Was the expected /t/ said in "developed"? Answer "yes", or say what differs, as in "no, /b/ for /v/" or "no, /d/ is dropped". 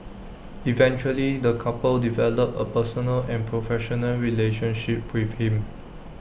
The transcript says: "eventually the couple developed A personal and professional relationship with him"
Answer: no, /t/ is dropped